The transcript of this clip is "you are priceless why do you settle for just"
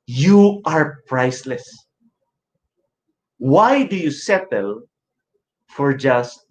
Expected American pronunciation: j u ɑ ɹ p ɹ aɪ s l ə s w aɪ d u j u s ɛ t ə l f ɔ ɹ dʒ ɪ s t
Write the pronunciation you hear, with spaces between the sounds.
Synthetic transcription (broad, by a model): j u ɑ ɹ p ɹ aɪ s l ə s w aɪ d u j u s ɛ t ə l f ɔ ɹ dʒ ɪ s t